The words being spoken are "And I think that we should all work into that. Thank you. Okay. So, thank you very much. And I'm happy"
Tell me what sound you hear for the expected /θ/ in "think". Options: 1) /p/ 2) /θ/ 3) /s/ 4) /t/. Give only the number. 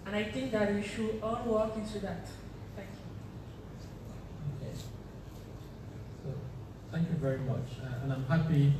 4